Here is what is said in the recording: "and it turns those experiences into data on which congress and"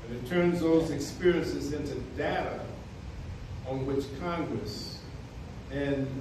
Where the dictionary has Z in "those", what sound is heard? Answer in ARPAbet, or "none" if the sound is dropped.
Z